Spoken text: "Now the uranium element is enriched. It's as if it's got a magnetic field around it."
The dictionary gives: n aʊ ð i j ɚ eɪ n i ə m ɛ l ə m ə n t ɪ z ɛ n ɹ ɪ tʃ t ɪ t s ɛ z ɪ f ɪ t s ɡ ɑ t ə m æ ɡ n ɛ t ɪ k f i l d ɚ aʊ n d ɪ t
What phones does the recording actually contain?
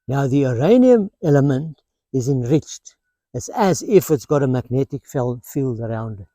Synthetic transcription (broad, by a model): n aʊ ð i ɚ eɪ n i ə m ɛ l ə m ə n t ɪ z ɛ n ɹ ɪ tʃ t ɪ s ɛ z ɪ f ɪ t s ɡ ɑ t ə m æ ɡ n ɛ t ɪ k f i l d ɚ aʊ n d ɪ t